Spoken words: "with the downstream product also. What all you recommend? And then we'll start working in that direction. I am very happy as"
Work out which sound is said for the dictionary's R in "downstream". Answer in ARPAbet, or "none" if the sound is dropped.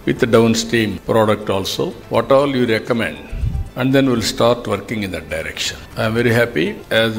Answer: none